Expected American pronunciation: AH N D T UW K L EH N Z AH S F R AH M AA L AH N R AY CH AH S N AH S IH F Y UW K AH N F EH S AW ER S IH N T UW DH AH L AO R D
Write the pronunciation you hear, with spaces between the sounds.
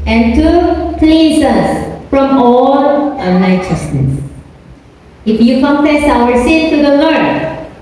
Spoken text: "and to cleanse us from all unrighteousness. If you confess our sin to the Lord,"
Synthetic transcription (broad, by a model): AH N T UW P L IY Z AH S F R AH M AA L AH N AY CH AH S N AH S IH F Y UW K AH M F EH S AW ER S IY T T UW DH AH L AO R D